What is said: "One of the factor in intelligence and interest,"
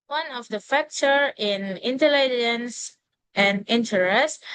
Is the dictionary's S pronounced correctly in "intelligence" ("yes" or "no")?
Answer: yes